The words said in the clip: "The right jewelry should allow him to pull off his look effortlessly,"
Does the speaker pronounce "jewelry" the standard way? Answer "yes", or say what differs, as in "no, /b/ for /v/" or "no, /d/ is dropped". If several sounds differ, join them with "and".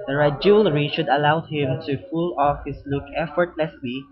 yes